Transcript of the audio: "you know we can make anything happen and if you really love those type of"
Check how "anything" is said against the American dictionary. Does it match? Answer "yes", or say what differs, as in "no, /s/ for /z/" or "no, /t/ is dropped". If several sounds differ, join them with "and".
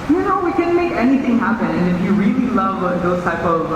yes